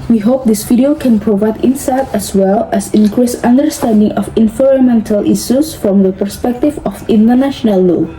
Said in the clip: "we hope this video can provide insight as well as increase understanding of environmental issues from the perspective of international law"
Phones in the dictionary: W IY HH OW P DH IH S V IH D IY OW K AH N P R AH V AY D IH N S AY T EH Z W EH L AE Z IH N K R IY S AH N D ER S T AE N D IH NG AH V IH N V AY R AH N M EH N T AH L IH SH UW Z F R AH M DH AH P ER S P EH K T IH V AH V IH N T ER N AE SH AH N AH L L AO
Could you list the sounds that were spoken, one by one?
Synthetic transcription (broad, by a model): W IY HH OW P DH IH S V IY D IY OW K AH N P R AH V AY D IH N S AY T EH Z W EH L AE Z IH N K R IY S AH N D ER S T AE N D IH NG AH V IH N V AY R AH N M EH N T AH L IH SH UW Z F R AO M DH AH P ER S P EH K T IH V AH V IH N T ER N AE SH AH N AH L L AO